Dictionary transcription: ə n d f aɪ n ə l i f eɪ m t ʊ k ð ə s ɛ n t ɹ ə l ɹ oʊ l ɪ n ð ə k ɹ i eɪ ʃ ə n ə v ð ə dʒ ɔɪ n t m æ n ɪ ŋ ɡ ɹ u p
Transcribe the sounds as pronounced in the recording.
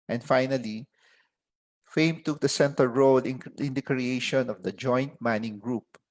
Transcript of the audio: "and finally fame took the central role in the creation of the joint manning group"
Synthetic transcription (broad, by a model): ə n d f aɪ n ə l i f eɪ m t ʊ k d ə s ɛ n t ə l ɹ oʊ l ɪ n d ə k ɹ i eɪ ʃ ə n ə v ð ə dʒ ɔɪ n t m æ n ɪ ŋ ɡ ɹ u p